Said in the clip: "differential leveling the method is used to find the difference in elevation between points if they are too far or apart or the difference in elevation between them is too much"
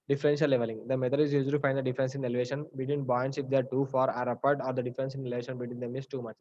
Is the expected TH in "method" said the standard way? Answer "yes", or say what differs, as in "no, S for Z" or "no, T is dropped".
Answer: no, T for TH